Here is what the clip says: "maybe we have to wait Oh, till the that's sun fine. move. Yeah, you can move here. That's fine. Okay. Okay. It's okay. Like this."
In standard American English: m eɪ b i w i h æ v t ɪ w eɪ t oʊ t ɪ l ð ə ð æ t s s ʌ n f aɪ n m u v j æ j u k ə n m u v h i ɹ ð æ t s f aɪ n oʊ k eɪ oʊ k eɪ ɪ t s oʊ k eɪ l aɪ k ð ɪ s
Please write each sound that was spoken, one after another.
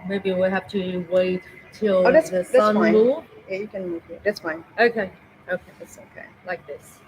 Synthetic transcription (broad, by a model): m eɪ b i w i h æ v t ɪ w eɪ ɪ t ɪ l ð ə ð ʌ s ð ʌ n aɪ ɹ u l j æ j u k ə n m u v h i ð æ t s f aɪ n oʊ k eɪ oʊ k eɪ ɪ t s oʊ k eɪ l aɪ k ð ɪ s